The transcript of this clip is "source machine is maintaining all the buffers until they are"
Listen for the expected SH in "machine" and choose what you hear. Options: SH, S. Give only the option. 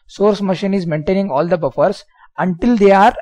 SH